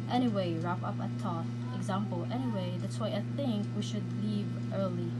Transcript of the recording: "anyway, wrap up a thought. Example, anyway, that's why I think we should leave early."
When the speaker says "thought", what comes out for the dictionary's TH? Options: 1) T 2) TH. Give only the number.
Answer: 1